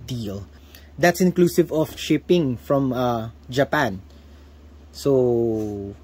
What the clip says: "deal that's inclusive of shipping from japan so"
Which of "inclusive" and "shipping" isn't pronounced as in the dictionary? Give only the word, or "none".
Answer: none